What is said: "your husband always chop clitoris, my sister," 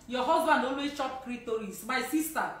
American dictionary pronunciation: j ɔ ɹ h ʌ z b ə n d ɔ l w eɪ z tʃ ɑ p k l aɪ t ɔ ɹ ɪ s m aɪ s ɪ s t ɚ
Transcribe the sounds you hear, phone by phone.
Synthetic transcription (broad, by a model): j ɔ h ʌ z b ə n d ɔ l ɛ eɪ tʃ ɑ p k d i t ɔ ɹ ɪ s m aɪ s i s t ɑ